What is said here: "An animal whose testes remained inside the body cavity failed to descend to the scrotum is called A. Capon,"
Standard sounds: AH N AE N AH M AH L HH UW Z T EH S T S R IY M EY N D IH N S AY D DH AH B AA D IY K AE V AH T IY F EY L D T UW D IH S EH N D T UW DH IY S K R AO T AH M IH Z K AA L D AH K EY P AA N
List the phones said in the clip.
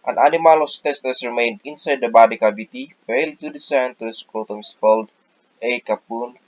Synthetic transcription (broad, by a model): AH N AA N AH M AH L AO S T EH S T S R IY M EY N D IH N S AY D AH B AA D IY K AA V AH T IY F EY L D T UW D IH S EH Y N T UW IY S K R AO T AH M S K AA L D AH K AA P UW N